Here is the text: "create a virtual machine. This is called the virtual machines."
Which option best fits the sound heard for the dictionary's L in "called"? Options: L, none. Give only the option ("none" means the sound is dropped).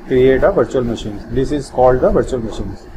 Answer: L